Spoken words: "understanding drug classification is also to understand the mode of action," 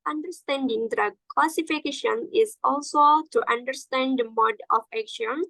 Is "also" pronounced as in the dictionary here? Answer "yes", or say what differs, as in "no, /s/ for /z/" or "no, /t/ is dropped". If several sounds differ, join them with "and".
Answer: yes